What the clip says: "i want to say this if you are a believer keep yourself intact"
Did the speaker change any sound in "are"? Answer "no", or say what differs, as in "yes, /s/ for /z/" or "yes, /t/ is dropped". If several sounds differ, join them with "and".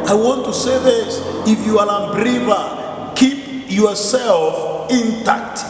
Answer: yes, /l/ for /ɹ/